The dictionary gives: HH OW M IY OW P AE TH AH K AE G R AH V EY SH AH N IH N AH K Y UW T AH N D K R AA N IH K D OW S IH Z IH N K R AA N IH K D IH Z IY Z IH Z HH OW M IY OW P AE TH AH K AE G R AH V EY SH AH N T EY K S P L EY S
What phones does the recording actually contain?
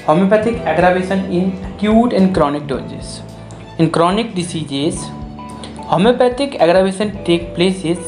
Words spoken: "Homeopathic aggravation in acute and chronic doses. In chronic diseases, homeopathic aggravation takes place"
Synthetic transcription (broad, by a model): HH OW M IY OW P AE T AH K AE G R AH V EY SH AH N IH N K Y UW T AH N D K R AA N IH K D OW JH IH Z IH N K R AA N IH K D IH S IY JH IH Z HH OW M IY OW P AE T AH K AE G R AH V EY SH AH N T EY K P L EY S